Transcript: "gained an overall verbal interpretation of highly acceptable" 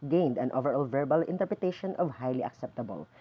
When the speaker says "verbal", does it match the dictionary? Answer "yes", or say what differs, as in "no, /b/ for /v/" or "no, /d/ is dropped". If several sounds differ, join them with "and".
yes